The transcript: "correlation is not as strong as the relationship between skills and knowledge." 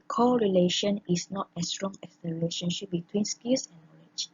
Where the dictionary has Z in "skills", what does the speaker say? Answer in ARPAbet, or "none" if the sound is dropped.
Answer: S